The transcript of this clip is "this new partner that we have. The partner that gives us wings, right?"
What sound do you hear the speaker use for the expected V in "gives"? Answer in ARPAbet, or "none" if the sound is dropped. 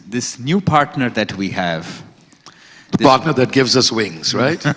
V